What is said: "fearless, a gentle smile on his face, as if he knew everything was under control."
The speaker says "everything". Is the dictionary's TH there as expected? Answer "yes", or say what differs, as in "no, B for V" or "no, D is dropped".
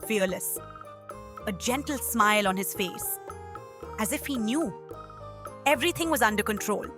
no, T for TH